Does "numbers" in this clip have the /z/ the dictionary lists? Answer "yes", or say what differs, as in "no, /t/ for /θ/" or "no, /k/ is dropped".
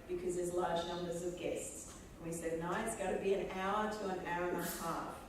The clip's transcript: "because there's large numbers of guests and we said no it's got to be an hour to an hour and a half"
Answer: yes